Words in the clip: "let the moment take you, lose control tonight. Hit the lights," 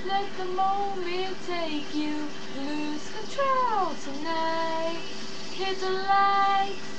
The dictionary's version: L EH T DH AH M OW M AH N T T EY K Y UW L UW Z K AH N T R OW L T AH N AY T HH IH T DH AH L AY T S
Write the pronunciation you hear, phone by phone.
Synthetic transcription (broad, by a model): L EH T DH AH M OW M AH N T T EY K Y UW L UW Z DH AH T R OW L T AH N AY T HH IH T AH L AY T